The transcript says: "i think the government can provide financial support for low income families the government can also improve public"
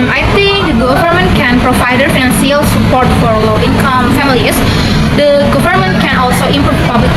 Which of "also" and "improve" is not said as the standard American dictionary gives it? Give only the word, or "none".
improve